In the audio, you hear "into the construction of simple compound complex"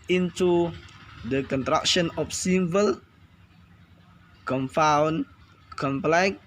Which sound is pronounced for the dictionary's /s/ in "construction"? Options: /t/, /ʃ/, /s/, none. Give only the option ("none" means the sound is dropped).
none